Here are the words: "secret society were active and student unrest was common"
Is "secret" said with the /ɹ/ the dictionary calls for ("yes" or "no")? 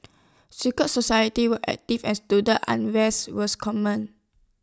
no